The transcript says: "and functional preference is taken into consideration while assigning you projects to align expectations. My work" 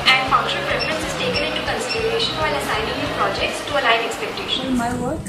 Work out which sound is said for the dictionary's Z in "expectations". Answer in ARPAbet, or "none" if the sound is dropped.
none